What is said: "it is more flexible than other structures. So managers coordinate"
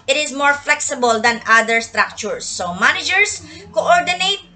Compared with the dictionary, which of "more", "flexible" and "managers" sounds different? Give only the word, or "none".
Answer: managers